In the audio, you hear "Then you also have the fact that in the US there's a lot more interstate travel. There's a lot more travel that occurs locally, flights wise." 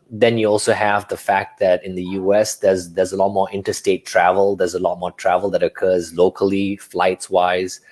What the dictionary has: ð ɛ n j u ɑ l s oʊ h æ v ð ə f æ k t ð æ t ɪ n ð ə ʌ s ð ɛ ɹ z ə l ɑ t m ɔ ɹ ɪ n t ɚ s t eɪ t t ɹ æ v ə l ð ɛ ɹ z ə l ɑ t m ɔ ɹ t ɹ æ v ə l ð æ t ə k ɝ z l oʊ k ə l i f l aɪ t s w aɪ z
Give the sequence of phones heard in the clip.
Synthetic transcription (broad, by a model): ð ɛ n j u ɑ l s oʊ h æ v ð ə f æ k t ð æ t ɪ n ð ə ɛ s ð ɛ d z ə l ɑ t m ɔ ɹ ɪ n t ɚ s t eɪ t t ɹ æ v ə l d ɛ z ə l ɑ t m ɔ t ɹ æ v ə l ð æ t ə k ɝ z l oʊ k ə l i f l aɪ t s w aɪ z